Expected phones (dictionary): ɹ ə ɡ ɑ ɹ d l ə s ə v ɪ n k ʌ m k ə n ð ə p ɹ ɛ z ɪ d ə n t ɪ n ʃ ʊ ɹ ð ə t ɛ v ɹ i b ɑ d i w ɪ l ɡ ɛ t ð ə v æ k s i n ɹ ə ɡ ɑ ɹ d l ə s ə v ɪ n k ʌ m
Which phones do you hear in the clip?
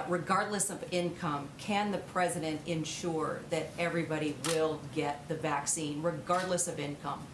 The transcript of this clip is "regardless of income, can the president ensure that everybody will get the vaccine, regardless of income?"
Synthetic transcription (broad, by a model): ɹ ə ɡ ɑ ɹ d l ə s ə v ɪ n k ʌ m k ə n ð ə p ɹ ɛ z ɪ d ə n t ɪ n ʃ ʊ ɹ ð ə t ɛ v ɹ i b ɑ d i w ɪ l ɡ ɛ t ð ə v æ k s i n ɹ ə ɡ ɑ ɹ d l ə s ə v ɪ n k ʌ m